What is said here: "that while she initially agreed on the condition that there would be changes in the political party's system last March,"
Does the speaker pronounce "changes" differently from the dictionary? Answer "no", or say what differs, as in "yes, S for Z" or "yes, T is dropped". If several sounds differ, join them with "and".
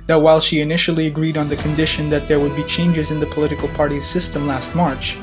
no